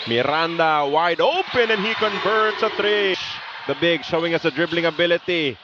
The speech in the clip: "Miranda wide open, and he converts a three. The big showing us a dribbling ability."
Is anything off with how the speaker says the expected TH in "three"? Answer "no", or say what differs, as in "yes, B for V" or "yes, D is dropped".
yes, T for TH